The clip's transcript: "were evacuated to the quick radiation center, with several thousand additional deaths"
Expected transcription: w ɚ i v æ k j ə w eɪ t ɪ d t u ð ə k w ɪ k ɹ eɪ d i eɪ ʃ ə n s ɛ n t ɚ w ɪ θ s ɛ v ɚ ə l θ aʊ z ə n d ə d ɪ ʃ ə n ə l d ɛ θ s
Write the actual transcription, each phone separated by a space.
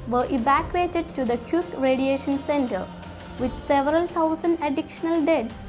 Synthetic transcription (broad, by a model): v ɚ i v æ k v eɪ t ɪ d t u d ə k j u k ɹ eɪ d i eɪ ʃ ə n s ɛ n t ɚ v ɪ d s ɛ v ɚ ə l t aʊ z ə n d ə d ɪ ʃ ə n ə l d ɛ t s